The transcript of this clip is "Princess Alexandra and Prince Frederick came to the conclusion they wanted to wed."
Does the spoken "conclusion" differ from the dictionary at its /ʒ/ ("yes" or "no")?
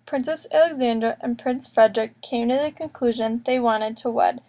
no